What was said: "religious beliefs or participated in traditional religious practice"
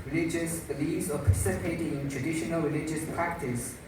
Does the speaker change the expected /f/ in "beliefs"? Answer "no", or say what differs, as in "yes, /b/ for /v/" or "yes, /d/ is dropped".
yes, /f/ is dropped